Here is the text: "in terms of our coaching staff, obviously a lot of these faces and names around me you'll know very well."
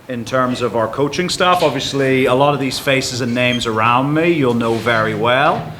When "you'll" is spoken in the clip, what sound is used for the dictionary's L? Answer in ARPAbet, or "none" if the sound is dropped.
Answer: L